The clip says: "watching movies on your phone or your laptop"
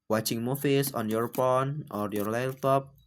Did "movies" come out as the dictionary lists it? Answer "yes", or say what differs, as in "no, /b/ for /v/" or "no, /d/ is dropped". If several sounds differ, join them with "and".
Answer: no, /f/ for /v/ and /s/ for /z/